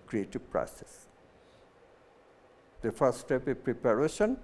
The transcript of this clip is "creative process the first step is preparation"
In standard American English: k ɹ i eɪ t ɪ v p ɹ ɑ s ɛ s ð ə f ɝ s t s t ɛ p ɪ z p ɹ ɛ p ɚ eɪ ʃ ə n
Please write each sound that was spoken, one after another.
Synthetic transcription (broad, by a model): k ɹ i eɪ t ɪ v p ɹ ɑ s ɛ s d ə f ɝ t s t ɛ p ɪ p ɹ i p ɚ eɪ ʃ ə n